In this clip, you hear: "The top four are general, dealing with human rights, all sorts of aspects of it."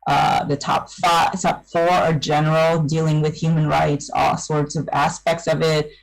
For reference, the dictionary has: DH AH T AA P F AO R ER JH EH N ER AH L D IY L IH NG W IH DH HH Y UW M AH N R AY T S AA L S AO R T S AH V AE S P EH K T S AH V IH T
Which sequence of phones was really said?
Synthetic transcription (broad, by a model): DH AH T AA P F AO R ER JH EH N ER L D IY L IH NG W IH DH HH Y UW M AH N R AY T S AA L S AO R T S AH V AE S P EH K T S AH V IH T